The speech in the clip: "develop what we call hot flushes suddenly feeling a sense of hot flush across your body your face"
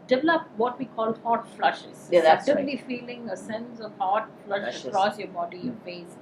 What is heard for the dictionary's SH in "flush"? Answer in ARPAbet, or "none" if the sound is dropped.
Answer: SH